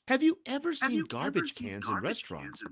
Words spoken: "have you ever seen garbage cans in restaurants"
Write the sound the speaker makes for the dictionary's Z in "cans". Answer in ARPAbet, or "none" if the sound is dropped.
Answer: Z